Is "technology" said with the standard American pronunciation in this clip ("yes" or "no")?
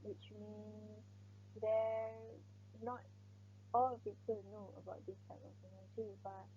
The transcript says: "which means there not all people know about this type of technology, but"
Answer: no